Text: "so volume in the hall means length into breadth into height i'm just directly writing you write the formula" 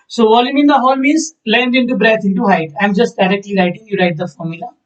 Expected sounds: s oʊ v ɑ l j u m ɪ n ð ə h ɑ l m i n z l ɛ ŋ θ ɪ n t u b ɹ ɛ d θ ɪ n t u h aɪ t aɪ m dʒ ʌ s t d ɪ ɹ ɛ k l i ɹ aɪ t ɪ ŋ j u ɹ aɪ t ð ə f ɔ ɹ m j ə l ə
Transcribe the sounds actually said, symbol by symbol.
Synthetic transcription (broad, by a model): s oʊ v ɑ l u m ɪ n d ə h ɑ l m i z l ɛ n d ɪ n t u b ɹ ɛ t ɪ n t u h aɪ t aɪ m dʒ ʌ s t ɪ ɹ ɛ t l i ɹ aɪ t ɪ ŋ j u ɹ aɪ t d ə f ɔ ɹ m j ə l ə